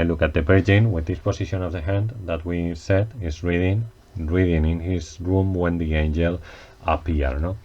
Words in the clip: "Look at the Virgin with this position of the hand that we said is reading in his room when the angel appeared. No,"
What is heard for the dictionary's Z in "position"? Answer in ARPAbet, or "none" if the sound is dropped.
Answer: S